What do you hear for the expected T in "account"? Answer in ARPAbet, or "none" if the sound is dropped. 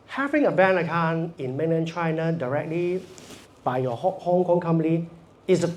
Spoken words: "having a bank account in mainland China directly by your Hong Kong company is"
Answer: none